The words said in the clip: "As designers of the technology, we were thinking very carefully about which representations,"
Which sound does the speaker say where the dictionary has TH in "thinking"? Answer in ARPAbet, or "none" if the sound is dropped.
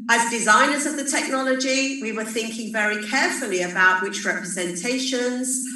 TH